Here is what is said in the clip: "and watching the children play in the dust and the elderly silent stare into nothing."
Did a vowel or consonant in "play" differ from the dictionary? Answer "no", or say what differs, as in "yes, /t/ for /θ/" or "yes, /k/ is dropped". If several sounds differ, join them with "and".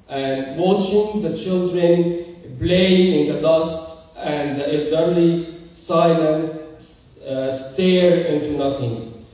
yes, /b/ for /p/